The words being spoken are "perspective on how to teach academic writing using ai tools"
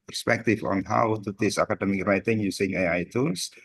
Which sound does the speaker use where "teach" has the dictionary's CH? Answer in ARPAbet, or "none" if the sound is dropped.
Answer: S